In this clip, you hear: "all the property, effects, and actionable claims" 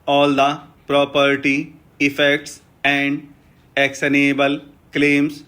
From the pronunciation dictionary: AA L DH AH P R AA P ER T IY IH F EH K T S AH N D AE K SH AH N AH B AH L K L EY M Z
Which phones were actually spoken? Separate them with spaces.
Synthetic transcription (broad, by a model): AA L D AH P R AA P ER T IY IH F EH K T S AH N D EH K S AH N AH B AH L K L EY M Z